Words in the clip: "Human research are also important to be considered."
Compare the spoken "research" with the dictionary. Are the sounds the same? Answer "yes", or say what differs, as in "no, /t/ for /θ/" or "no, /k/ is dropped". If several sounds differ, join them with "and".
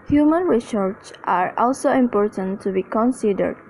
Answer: no, /s/ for /tʃ/